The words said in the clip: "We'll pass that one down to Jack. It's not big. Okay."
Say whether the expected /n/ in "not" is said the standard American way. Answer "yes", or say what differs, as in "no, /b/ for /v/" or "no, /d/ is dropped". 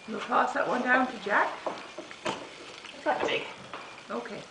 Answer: no, /l/ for /n/